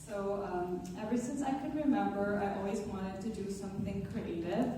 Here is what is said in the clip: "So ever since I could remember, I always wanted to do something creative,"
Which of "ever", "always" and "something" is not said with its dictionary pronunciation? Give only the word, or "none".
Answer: none